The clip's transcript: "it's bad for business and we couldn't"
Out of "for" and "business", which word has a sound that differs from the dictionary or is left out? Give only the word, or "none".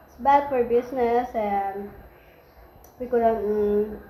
business